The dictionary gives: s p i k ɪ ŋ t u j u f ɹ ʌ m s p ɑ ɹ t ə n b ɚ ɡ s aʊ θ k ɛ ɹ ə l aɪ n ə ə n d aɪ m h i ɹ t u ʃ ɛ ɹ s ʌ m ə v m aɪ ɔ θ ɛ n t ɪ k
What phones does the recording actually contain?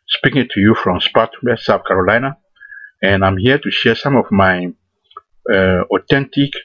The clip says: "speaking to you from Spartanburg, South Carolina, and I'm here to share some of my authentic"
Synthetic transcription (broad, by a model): s p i k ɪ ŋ t u j u f ɹ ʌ m s p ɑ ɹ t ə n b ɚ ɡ s aʊ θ k ɛ ɹ ə l aɪ n ə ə n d aɪ m h i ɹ t u ʃ ɛ ɹ s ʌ m ə v m aɪ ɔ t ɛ n t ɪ k